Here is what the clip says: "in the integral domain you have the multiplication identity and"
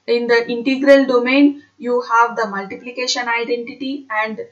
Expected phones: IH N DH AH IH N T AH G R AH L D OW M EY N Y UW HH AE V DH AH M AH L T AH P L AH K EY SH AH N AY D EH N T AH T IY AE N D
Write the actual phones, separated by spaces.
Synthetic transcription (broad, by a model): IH N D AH IH N T AH G R AH L D OW M EY N Y UW HH AE V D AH M AH L T AH P L AH K EY SH AH N AY D EH N T AH T IY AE N D